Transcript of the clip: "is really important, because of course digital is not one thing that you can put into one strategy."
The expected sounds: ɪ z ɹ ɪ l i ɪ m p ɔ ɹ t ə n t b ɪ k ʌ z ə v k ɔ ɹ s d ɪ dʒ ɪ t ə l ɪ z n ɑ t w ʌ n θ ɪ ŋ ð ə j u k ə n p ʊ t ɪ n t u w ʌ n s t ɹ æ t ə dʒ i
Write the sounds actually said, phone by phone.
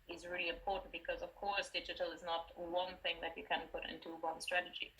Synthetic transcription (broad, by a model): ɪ z ɹ ɪ l i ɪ m p ɔ ɹ t n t b ɪ k ʌ z ə v k ɔ ɹ s d ɪ dʒ ɪ t ə l ɪ z n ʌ t w ʌ n θ ɪ ŋ ð ə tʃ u k ə n p ʊ t ɪ n t u w ʌ n s t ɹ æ t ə dʒ i